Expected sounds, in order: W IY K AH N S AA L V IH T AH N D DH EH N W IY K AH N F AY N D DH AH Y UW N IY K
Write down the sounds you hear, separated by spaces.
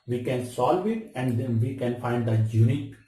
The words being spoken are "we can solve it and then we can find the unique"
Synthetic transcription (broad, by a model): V IY K AH N S AA L V IH T AH N D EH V IY K AH N F AY N D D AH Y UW N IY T